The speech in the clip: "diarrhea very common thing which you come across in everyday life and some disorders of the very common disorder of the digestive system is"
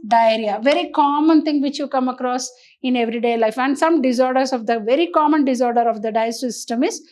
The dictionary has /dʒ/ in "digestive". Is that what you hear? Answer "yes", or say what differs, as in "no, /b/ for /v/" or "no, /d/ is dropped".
no, /dʒ/ is dropped